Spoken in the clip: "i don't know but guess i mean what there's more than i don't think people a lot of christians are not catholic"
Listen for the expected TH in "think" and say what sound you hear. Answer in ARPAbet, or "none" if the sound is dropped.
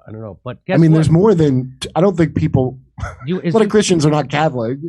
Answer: TH